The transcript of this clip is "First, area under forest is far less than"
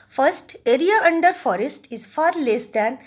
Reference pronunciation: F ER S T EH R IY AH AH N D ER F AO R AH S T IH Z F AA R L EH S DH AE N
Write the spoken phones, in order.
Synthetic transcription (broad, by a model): F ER S T EH R IY AH AH N D ER F AO R AH S T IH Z F AA R L EH S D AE N